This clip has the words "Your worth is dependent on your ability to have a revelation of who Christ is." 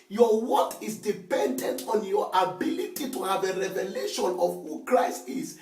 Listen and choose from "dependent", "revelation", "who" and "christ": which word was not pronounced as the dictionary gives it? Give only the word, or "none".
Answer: none